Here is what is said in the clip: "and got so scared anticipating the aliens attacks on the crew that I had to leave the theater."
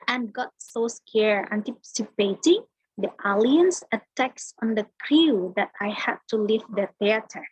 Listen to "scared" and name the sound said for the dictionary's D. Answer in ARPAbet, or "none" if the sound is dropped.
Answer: none